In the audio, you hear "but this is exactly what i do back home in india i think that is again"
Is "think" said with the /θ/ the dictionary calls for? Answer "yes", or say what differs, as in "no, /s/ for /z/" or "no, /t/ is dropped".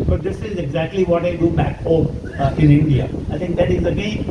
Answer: no, /t/ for /θ/